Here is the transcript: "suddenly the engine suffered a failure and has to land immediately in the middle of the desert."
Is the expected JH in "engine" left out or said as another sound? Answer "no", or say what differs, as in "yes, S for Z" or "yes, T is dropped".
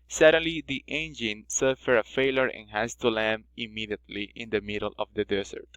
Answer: no